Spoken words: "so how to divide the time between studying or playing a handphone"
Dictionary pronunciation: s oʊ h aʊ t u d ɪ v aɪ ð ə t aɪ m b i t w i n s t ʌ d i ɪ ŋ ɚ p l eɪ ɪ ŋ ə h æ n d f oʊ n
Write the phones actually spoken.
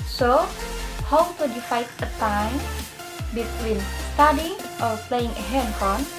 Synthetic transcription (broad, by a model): s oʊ h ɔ t u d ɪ f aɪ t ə t aɪ m b i t w i n s t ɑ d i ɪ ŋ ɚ p l eɪ ɪ ŋ ə h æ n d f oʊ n